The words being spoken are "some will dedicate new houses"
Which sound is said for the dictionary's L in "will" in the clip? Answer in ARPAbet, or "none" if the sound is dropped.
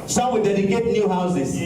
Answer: N